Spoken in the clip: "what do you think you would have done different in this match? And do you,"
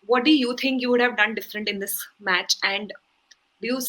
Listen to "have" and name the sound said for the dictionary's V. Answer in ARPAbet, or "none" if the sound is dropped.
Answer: V